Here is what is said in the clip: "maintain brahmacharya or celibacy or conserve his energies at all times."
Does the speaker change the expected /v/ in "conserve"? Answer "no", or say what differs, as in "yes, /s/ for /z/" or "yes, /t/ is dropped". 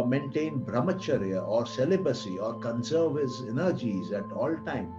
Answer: no